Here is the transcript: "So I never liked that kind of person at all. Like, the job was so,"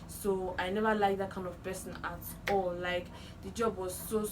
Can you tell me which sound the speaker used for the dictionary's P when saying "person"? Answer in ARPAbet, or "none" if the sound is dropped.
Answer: B